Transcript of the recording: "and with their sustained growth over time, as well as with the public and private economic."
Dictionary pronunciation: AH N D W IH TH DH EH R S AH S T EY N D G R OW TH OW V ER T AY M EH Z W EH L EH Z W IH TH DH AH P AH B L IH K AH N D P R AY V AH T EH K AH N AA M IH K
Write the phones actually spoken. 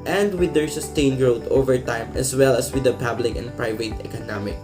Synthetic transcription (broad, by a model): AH N D W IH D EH R S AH S T EY N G R OW T OW V ER T AY M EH S W EH L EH S W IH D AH P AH B L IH K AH N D P R AY V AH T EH K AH N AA M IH K